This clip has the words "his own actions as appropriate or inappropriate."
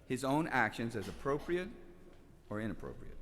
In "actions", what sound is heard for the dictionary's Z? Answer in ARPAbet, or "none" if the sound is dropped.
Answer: Z